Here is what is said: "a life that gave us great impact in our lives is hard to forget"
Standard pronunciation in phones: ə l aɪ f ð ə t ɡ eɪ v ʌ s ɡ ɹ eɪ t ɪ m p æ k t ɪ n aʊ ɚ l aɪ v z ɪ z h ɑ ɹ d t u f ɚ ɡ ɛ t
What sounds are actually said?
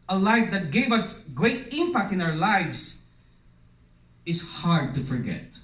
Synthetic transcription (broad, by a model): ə l aɪ f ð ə t ɡ eɪ v ʌ s ɡ ɹ eɪ t ɪ m p æ k t ɪ n aʊ ɚ l aɪ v s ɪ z h ɑ ɹ d t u f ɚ ɡ ɛ t